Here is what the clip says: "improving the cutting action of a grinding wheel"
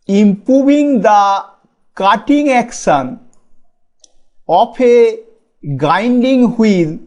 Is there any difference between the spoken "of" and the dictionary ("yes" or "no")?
yes